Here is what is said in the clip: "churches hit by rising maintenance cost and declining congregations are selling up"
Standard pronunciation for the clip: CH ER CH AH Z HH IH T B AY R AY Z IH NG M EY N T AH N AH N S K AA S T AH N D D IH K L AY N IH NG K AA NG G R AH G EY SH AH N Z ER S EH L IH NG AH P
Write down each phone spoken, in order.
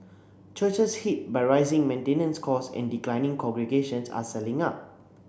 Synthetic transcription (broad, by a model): CH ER CH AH S HH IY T B AY R AY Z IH NG M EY N T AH N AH N S K AA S AH N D D IH K L AY N IH NG K AA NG G R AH G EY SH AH N S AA S EH L IH NG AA P